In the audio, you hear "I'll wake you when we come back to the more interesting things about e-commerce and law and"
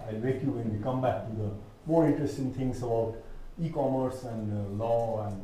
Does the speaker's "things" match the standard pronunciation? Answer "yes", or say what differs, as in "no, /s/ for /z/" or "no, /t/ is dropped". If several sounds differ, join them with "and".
no, /t/ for /θ/